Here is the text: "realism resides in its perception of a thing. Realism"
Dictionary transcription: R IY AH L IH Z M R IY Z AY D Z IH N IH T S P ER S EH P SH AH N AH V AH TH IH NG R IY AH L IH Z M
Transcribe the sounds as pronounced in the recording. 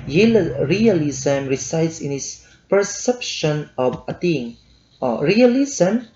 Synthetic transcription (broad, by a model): R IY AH L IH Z M R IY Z AY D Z IH N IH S P ER S EH P SH AH N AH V AH T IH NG R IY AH L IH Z M